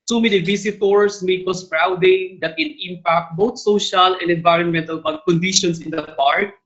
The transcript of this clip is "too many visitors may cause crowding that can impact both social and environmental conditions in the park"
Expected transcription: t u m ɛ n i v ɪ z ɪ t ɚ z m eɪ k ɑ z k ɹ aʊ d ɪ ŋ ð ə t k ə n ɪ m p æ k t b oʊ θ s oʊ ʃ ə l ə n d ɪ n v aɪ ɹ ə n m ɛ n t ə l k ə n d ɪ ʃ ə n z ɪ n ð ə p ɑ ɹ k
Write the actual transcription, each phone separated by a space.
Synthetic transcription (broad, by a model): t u m ɛ n i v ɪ s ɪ t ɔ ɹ m eɪ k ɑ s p ɹ aʊ d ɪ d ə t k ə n ɪ m p æ k t b oʊ t s oʊ ʃ ə l ə n d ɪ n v aɪ ɹ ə n m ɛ n t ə l k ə n d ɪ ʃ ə n s ɪ n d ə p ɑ ɹ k